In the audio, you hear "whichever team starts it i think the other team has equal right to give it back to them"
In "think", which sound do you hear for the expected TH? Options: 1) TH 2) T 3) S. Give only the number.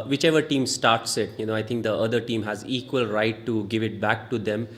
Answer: 2